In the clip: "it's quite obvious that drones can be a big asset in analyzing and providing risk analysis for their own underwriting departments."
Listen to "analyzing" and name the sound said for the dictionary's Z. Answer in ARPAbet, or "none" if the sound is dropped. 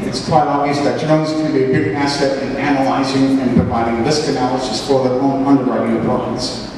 Z